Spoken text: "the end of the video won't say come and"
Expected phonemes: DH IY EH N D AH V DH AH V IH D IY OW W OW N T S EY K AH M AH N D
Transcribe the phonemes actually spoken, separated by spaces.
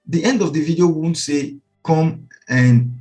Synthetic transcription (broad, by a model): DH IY EH N D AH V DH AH V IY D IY OW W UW N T S EY K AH M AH N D